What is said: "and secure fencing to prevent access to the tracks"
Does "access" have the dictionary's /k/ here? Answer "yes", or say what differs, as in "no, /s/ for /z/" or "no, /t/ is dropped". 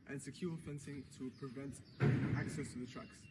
yes